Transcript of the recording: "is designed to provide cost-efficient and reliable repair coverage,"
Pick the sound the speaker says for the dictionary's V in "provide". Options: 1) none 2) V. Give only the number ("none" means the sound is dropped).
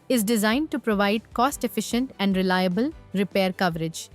2